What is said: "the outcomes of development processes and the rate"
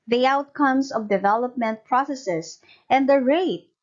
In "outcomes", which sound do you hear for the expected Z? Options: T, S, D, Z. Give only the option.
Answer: S